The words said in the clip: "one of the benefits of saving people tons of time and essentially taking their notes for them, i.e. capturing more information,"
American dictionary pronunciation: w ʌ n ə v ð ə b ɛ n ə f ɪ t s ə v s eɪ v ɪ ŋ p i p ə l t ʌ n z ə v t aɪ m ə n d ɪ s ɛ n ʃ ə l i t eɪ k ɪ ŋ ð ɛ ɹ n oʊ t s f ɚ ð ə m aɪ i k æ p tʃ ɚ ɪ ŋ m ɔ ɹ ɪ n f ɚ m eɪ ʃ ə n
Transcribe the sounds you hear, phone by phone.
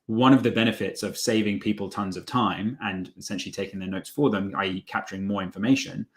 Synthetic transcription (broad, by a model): w ʌ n ə v ð ə b ɛ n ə f ɪ t s ə v s eɪ v ɪ ŋ p i p ə l t ʌ n z ə v t aɪ m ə n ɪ s ɛ n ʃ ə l i t eɪ k ɪ ŋ ð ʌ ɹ n oʊ t s f ɚ ð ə m aɪ k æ p tʃ ɚ ɪ ŋ m ɔ ɹ ɪ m f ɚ m eɪ ʃ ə n